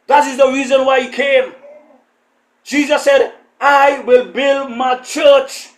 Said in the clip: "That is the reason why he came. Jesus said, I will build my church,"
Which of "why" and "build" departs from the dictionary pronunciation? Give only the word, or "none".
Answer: none